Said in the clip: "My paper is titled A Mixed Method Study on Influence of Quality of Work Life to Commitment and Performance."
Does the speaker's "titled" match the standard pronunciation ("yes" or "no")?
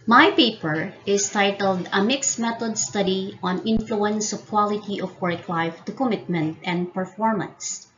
yes